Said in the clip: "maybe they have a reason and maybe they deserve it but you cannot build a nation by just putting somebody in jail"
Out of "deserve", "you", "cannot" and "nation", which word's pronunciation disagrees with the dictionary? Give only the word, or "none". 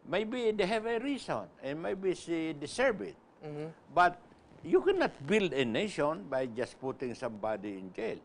deserve